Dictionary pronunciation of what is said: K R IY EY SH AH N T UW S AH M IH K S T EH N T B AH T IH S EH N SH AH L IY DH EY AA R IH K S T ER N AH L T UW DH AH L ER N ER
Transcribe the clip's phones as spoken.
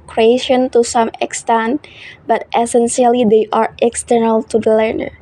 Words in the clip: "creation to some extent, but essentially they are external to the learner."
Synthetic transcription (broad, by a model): K R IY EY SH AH N T UW S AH M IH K S T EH N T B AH T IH S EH N S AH L IY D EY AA R IH K S T ER N AH L T UW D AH L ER N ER